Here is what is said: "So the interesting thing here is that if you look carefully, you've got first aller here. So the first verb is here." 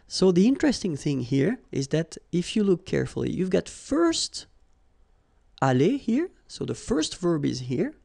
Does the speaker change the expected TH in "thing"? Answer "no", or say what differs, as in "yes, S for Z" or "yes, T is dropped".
no